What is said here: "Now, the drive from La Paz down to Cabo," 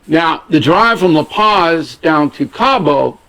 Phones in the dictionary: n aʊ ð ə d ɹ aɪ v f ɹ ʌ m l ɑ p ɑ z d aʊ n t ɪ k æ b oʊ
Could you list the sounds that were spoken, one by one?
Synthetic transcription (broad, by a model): n aʊ ð ə d ɹ aɪ v f ɹ ʌ m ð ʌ p ɑ z d aʊ n t ɪ k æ b oʊ